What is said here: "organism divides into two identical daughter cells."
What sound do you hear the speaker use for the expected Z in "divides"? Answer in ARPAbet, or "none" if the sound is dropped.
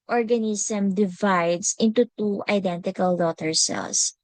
S